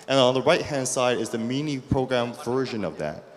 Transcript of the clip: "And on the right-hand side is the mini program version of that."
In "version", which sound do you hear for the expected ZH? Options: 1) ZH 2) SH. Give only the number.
1